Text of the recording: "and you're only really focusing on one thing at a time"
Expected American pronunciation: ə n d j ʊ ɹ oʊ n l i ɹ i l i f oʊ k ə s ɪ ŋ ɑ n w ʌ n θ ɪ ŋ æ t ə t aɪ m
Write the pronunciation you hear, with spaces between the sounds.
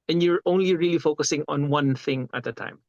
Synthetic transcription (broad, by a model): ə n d j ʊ ɹ oʊ n l i ɹ i l i f oʊ k ə s ɪ ŋ ɑ n w ʌ n θ ɪ ŋ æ t ə t aɪ m